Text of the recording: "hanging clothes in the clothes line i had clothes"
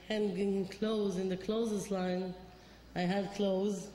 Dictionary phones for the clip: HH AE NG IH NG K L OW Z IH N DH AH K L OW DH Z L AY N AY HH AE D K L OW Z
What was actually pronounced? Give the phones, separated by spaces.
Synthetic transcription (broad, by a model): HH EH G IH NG K L OW Z IH N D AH K L OW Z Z L AY N AY HH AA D K L OW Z